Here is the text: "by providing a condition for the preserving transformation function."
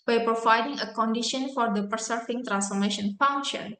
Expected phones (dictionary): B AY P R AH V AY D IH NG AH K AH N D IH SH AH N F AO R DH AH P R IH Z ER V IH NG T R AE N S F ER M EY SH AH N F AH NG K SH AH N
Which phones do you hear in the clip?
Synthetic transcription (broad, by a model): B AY P R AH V AY D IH NG AH K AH N D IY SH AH N F AO R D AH P IH S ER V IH NG T R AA N S F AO M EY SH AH N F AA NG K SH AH N